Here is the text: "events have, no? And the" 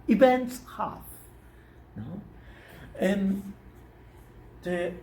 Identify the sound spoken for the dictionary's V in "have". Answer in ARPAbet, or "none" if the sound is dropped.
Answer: F